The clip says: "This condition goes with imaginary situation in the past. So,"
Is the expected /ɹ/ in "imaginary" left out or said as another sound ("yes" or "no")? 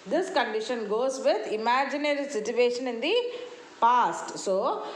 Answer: no